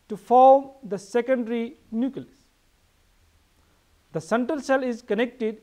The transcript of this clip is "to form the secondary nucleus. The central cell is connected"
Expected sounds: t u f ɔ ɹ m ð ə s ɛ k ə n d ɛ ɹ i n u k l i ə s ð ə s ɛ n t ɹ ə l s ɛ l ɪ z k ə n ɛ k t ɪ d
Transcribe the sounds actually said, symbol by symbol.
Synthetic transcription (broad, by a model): t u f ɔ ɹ m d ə s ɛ k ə n d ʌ ɹ i n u k i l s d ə s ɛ n t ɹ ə l s ɛ l ɪ z k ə n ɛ k t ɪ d